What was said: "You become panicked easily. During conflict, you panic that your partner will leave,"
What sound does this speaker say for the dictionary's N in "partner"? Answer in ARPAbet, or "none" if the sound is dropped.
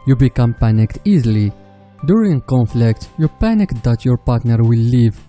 N